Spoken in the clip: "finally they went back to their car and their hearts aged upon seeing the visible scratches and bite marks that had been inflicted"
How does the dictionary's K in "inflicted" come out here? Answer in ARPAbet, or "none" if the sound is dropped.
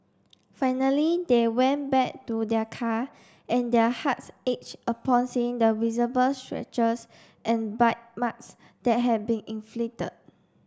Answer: none